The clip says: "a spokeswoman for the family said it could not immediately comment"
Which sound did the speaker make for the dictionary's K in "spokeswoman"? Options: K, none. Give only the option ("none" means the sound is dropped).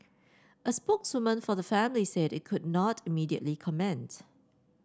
K